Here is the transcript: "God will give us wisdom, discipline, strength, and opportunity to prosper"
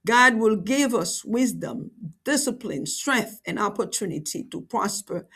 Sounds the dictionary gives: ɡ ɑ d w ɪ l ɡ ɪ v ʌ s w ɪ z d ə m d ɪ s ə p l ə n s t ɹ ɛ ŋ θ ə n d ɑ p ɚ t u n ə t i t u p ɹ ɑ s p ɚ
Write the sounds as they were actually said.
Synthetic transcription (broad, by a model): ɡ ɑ d w ɪ l ɡ ɪ v ʌ s w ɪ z d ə m d ɪ s ə p l ə n s t ɹ ɛ ŋ θ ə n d ɑ p ɚ t u n ə t i t u p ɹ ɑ s p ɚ